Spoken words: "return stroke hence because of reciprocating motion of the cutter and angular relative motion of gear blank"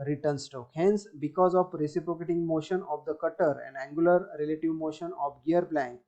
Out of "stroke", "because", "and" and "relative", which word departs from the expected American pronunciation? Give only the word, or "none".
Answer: stroke